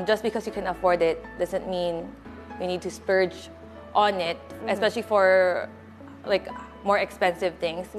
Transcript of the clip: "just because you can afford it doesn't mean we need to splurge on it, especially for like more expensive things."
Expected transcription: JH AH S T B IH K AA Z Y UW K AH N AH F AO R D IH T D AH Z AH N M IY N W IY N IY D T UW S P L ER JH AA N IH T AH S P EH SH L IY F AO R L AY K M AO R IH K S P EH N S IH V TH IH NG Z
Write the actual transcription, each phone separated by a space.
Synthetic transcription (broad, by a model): JH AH S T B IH K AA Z Y UW K AH N AH F AO R D IH T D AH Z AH N M IY N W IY N IY D T UW S P ER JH AA N IH T AH S P EH SH L IY F AO R L AY K M AO R IH K S P EH N S IH V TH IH NG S